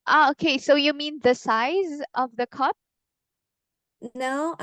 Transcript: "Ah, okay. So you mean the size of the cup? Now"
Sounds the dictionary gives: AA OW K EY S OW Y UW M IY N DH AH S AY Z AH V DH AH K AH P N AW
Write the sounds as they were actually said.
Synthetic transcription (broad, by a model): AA OW K EY S OW Y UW M IY N DH AH S AY Z AH V DH AH K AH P N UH